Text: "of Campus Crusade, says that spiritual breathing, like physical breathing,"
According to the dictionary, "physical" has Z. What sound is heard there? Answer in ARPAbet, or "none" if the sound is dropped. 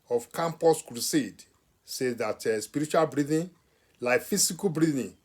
S